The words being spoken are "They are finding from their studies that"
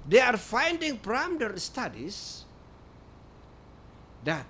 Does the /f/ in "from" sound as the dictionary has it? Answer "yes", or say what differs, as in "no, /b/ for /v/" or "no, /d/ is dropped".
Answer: no, /p/ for /f/